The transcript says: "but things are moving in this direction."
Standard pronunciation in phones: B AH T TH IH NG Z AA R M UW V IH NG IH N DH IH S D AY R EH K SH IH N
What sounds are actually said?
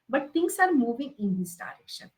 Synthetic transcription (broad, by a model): B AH T T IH NG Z AA R M UW V IH NG IH N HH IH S D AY R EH K SH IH N